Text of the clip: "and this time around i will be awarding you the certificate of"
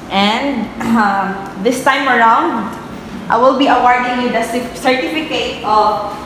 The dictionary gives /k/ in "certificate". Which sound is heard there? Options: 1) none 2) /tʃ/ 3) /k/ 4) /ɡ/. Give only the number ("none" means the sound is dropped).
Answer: 3